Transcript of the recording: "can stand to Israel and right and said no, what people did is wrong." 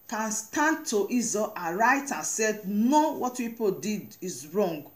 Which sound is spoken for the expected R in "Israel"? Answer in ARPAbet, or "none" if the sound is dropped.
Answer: none